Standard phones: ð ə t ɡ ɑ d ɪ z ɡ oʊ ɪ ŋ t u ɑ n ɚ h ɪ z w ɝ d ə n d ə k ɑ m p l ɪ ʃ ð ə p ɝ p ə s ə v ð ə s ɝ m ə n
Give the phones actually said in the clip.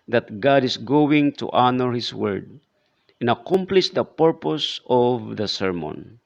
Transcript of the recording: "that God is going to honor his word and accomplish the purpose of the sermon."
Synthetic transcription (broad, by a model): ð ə t ɡ ɑ d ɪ s ɡ oʊ ɪ ŋ t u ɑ n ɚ h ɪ s w ɝ d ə n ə k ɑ m p l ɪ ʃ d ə p ɝ p ə s ə v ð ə s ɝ m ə n